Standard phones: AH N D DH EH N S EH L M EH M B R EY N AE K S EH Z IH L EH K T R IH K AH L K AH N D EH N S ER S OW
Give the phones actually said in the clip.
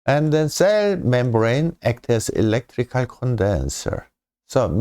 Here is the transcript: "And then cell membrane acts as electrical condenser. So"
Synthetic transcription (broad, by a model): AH N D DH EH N S EH L M EH M B R EY N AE K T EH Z IH L EH K T R IH K AH L K AH N D EH N S ER S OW